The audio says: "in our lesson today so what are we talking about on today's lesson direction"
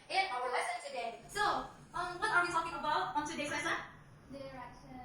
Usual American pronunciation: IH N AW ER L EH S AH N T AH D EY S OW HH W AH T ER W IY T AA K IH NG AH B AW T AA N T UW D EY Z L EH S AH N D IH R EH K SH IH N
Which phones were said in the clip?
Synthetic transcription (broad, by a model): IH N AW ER L EH S AH N S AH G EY S OW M W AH T ER W IY T AA K IH NG AH B AW T AA N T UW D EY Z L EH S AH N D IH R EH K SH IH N